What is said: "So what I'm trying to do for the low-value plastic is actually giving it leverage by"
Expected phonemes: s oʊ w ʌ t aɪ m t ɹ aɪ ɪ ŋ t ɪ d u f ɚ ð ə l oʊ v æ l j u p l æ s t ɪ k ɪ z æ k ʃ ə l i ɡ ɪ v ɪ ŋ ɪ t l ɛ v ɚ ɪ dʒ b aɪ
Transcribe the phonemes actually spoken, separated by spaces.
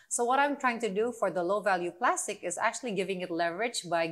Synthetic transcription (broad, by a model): s oʊ w ʌ t aɪ m t ɹ aɪ ɪ ŋ t ɪ d u f ɚ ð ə l oʊ v æ l j u p l æ s t ɪ k ɪ z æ k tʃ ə l i ɡ ɪ v ɪ ŋ ɪ t l ɛ v ɚ ɪ dʒ b aɪ